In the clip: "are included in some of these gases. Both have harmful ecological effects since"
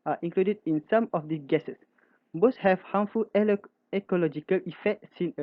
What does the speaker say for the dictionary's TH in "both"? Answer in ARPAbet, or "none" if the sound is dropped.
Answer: S